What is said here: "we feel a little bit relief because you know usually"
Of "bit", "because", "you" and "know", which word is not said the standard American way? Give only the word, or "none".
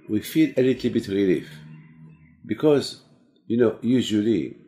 none